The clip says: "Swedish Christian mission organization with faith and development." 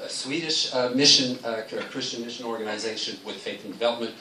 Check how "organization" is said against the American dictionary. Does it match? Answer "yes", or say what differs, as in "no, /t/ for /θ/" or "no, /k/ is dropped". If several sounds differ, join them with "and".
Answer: yes